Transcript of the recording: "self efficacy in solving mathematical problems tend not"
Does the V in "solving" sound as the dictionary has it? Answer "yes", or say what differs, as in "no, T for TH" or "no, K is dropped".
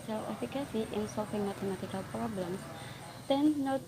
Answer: no, F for V